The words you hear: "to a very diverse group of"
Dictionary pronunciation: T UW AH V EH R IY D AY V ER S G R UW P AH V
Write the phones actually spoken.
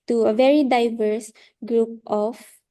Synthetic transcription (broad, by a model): T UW AH V EH R IY D AY V ER S G R UW P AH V